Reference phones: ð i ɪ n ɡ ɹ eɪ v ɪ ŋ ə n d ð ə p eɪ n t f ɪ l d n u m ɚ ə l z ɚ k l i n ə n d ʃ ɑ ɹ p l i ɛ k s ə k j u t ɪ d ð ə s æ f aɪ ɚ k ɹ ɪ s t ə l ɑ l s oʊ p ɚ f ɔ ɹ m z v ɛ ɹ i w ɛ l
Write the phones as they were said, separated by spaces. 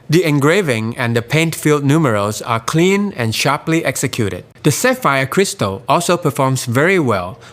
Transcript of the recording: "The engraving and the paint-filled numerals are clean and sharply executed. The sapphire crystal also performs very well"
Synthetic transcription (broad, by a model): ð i ɪ n ɡ ɹ eɪ v ɪ ŋ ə n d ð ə p eɪ n t f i l d n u m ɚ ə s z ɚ k l i n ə n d ʃ ɑ ɹ p l i ɛ k s ə k j u t ɪ d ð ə s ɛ f aɪ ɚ k ɹ ɪ s t ə l ɑ l s oʊ p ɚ f ɔ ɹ m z v ɛ ɹ i w ɛ l